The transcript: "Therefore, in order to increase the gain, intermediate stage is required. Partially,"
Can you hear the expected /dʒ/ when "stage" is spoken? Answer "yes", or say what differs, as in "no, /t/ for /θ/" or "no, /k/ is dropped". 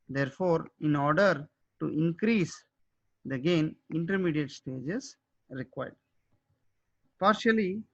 yes